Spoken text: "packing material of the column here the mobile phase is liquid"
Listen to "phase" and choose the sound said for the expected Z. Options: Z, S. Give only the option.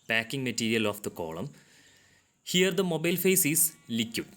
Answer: S